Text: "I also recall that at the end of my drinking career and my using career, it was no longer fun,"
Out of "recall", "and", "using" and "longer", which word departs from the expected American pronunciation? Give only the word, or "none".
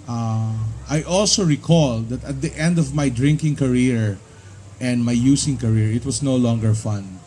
using